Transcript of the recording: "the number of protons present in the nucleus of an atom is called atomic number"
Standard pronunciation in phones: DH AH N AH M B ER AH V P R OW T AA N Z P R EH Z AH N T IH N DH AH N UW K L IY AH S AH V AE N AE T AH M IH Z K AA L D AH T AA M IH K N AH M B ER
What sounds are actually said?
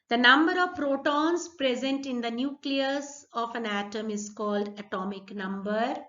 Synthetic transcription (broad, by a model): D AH N AH M B ER AH V P R OW T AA N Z P R EH Z AH N T IH N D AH N UW K L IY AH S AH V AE N AE T AH M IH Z K AA L D AH T AA M IH K N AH M B ER